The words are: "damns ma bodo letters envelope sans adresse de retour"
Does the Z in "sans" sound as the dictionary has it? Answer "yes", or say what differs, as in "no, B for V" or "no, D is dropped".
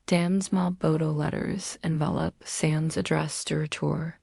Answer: yes